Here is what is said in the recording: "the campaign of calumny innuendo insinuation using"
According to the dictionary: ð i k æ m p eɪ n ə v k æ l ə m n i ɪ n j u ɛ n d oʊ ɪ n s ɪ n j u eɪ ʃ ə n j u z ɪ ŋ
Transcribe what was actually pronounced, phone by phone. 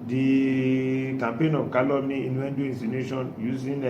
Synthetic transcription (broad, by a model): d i k æ m p eɪ n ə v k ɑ l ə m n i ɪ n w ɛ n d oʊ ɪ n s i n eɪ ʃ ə n j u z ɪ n